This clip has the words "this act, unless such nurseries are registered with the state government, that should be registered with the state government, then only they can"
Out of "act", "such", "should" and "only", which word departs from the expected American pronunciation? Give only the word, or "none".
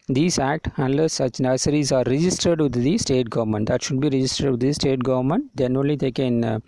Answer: none